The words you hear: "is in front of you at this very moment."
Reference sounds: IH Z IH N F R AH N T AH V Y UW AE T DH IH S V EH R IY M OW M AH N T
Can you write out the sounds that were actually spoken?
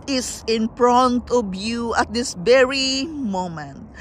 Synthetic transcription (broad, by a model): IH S IH N P R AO N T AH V Y UW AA T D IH S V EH R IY M OW M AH N T